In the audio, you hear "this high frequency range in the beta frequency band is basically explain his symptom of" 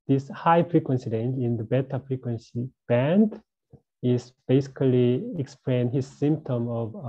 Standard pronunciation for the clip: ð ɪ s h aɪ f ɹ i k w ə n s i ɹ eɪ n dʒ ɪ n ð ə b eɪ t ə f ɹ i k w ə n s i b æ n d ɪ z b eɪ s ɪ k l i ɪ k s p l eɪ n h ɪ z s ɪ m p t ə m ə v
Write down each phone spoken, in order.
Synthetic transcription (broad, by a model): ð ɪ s h aɪ f ɹ i k w ə n s i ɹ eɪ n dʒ ɪ n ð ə b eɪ t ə f ɹ i k w ə n s i b æ n d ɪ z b eɪ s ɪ k l i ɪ k s p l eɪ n h ɪ z s ɪ m p t ə m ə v